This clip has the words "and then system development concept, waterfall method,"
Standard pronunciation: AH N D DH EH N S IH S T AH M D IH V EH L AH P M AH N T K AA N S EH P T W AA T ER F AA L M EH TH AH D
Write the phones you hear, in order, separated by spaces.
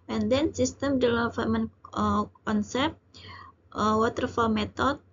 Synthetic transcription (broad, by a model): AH N D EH N S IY S T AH M D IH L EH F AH M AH N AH K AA N S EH P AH W AA T ER F AA L M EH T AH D